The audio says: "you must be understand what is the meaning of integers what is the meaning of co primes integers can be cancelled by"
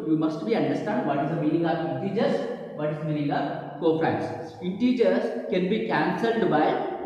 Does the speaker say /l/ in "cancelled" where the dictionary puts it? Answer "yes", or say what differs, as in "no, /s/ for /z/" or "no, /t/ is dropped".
yes